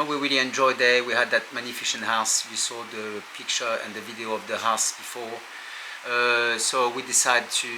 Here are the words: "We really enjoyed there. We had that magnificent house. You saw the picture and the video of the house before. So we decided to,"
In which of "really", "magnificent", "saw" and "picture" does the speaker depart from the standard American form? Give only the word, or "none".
magnificent